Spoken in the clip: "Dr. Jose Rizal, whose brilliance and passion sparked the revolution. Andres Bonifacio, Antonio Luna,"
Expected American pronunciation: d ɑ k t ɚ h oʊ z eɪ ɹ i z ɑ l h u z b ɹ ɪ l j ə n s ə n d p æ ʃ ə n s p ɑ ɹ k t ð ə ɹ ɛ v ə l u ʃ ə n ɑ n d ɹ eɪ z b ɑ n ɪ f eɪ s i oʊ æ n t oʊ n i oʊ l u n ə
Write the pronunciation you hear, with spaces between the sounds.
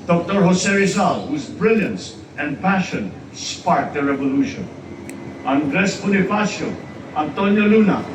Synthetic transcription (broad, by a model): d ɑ k t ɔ h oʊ s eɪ ɹ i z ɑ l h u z b ɹ ɪ l j ə n s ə n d p æ ʃ ə n s p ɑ ɹ t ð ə ɹ ɛ v ə l u ʃ ə n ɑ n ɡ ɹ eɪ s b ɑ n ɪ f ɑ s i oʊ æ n t oʊ n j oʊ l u n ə